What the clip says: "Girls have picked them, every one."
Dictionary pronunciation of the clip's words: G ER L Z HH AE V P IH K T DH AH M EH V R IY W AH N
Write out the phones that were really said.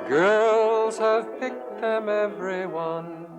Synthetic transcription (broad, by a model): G ER L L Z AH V P IH K T DH AH M EH V R IY W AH N